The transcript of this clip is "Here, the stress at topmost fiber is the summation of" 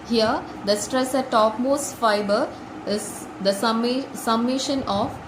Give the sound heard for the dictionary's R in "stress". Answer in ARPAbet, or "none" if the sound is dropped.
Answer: R